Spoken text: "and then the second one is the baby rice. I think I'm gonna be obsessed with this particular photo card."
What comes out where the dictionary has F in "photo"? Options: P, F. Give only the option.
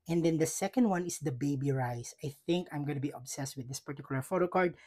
F